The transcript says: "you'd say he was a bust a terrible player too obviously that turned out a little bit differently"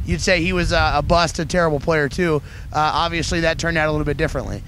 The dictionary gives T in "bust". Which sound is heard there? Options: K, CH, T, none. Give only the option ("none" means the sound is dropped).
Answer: T